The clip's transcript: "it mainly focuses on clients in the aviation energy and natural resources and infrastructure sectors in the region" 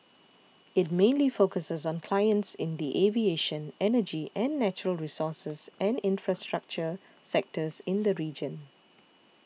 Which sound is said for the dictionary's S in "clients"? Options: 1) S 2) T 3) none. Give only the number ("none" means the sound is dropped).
1